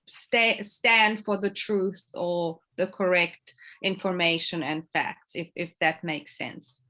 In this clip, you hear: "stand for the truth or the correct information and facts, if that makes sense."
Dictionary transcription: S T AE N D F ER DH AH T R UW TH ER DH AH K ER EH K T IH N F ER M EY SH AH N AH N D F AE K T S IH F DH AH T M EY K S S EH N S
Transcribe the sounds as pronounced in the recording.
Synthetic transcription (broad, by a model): S T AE N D F ER DH AH T R UW TH ER DH AH K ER EH K T IH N F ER M EY SH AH N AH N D F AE K T S IH F DH AH T M EY K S S EH N S